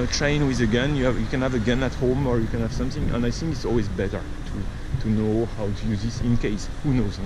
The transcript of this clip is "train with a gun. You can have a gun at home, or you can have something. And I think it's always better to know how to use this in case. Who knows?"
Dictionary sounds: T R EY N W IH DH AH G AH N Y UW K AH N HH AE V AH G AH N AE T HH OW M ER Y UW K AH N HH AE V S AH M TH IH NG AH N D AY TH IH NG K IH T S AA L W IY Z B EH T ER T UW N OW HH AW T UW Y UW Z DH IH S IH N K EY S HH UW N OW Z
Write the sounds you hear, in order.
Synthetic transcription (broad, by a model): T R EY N W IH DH AH G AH N Y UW K AH N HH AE V AH G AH N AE T HH OW M ER Y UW K AH N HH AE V S AH M TH IH NG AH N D AY TH IH NG K IH T S AA L W IY Z B EH T ER T UW N OW HH AW T UW Y UW Z DH IH S IH N K EY S HH UW N OW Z